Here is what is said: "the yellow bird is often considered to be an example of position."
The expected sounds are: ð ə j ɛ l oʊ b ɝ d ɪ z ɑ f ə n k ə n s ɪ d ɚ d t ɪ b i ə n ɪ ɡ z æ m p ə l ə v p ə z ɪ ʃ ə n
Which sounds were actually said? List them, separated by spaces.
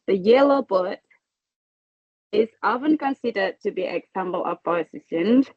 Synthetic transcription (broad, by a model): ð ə j ɛ l oʊ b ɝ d ɪ z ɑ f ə n k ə n s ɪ d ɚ d t ɪ b i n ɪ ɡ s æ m b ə l ə v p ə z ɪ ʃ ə n